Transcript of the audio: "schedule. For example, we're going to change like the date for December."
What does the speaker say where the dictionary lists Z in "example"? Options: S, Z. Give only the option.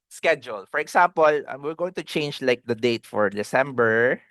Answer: S